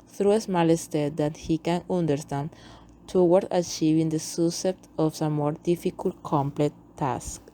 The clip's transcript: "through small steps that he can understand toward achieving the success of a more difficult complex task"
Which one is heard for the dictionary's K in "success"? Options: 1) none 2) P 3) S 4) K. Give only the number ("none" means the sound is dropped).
1